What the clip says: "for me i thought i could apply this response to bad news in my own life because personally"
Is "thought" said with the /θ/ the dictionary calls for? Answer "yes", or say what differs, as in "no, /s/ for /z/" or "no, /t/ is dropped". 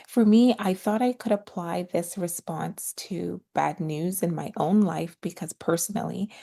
yes